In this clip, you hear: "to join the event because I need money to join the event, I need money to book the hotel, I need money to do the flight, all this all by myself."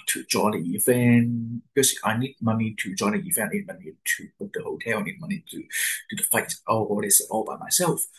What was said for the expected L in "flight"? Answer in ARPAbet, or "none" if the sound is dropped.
none